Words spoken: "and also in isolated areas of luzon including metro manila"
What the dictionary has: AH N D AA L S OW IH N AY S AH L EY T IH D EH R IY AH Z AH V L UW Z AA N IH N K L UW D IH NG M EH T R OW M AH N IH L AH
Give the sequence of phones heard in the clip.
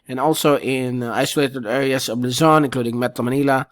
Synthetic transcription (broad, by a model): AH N AA L S OW IH N AY S AH L EY T IH D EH R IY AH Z AH V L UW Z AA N IH N K L UW D IH NG M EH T L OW M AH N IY L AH